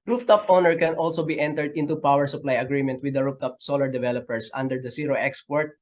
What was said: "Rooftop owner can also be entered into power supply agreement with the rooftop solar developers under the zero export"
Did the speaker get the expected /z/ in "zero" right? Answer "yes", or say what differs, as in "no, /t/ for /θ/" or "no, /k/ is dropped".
no, /s/ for /z/